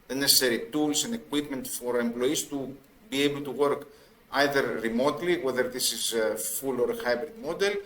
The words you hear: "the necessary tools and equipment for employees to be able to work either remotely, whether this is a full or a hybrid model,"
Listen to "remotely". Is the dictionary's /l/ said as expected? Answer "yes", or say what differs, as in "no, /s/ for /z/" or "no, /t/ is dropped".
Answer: yes